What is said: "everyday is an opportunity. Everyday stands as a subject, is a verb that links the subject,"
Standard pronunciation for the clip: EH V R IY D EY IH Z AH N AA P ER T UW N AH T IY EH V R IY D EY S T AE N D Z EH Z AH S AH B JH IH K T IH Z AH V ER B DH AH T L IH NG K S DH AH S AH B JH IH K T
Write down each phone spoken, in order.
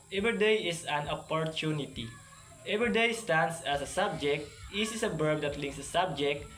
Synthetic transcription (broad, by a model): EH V R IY D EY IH S AH N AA P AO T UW N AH T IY EH V R IY D EY S T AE N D S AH S AH S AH B JH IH K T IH S AH B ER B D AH T L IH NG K S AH S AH B JH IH K T